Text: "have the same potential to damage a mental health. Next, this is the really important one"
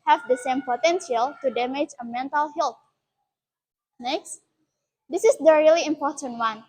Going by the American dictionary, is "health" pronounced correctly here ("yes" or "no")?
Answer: no